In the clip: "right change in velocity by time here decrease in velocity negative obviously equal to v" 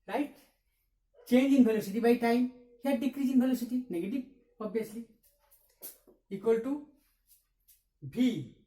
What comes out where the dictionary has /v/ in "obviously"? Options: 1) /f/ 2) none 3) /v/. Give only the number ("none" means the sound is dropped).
2